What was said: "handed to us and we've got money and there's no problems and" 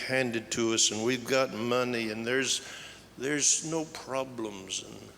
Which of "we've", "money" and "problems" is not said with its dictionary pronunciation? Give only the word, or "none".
none